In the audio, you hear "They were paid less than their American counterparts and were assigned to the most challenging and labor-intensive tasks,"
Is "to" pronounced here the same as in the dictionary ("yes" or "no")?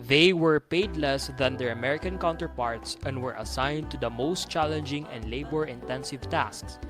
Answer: yes